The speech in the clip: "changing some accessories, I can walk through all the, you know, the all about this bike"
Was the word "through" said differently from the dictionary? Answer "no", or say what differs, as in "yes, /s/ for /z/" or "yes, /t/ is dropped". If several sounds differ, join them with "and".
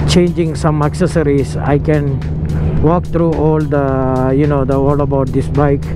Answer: yes, /t/ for /θ/